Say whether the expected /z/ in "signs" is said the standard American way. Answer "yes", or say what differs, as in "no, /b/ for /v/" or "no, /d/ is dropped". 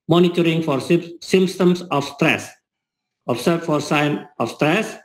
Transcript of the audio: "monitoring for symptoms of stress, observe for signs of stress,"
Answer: no, /z/ is dropped